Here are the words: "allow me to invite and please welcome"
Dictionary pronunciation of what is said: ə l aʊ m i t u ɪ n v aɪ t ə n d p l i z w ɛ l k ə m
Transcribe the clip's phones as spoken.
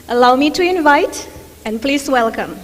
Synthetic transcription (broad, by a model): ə l aʊ m i t u ɪ n v aɪ t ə n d p l i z w ɛ l k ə m